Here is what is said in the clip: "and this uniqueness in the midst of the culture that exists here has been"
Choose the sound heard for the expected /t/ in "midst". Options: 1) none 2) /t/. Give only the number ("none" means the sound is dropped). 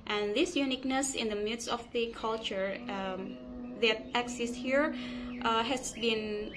1